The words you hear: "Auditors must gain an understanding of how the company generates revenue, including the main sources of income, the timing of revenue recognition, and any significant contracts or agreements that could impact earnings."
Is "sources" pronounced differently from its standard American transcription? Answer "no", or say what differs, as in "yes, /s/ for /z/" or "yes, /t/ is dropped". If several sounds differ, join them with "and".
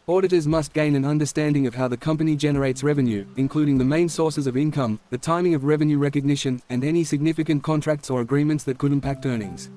no